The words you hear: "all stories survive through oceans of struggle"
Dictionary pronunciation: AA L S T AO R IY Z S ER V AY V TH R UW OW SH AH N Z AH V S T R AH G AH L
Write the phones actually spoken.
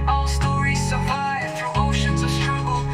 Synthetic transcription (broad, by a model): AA L S T AO R IY Z S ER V AY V F R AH OW SH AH N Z AH V S T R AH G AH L